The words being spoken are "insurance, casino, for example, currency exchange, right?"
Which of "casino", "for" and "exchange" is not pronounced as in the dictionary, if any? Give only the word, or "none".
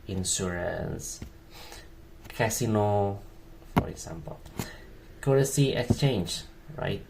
none